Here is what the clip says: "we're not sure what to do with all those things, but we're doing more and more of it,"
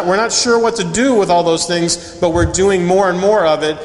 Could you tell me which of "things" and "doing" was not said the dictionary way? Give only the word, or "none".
none